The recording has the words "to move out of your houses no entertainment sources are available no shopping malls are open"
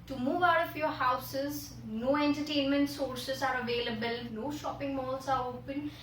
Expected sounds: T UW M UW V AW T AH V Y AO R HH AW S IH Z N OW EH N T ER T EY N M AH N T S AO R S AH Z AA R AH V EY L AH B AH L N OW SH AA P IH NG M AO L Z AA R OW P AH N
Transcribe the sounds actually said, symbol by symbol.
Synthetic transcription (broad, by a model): T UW M UW V AW T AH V Y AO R HH AW S IH Z N OW EH N T ER T EY N M AH N T S AO R S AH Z AA R AH V EY L AH B AH L N OW SH AA P IH NG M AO L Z AA R OW P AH N